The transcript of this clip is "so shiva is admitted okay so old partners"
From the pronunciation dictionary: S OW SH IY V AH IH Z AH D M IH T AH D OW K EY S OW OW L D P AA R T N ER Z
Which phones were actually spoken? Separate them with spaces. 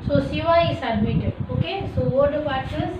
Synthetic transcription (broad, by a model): S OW S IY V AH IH S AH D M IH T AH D OW K EY S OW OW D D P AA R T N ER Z